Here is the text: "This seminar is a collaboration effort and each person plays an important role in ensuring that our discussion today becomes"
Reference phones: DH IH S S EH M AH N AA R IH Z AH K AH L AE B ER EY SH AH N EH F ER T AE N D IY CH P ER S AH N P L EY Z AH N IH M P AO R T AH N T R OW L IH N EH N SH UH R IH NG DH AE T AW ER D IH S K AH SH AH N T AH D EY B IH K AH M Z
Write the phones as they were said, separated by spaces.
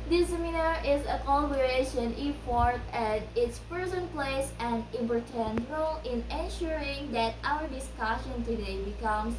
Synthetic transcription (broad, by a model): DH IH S S EH M AH N AA R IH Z AH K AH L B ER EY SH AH N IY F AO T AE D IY S P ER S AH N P L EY S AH N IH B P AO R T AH N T R OW L IH N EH N SH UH R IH NG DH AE T AW ER D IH S K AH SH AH N T AH D EY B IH K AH M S